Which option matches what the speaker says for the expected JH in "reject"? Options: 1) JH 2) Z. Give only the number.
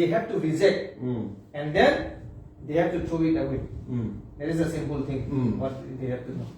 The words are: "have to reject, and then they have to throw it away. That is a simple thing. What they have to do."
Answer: 2